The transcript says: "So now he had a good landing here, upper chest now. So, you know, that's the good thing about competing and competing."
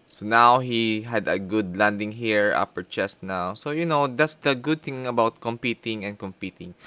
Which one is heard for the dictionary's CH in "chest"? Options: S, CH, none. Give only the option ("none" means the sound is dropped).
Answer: CH